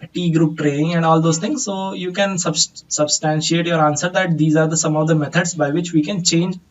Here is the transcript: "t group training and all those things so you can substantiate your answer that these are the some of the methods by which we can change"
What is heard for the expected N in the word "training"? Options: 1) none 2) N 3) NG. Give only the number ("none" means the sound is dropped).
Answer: 1